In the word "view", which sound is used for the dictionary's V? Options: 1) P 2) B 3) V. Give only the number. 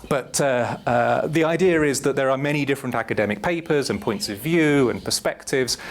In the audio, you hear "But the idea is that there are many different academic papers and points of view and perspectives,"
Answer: 3